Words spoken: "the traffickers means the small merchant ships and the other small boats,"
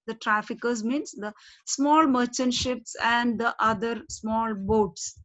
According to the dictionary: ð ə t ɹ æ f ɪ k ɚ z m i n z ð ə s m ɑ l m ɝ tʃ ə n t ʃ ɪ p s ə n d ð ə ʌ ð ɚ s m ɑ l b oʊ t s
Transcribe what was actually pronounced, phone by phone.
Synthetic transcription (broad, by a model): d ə t ɹ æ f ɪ k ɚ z m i n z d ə s m ɑ l m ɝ tʃ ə n ʃ ɪ p s ə n d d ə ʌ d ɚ s m ɑ l b oʊ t s